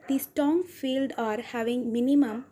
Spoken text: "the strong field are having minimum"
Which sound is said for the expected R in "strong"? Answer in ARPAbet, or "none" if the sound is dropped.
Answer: none